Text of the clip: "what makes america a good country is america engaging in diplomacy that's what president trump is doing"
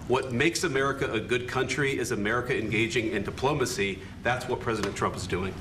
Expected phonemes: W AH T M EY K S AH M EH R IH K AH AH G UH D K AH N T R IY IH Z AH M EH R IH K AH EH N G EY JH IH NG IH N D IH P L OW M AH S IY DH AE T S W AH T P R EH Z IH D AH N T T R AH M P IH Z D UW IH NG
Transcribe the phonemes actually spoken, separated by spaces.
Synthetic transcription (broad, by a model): W AH T M EY K S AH M EH R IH K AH AH G UH D K AH N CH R IY IH Z AH M EH R IH K AH EH N G EY JH IH NG IH N D IH P L OW M AH S IY DH AE T S W AH T P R EH Z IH D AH N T T R AH M P IH Z D UW IH NG